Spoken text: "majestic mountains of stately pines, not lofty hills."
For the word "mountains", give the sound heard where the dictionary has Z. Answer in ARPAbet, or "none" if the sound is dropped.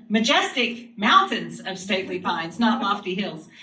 Z